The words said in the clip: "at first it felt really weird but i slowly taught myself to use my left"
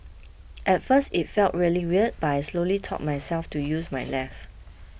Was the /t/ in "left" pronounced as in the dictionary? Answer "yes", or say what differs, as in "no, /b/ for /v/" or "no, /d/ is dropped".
no, /t/ is dropped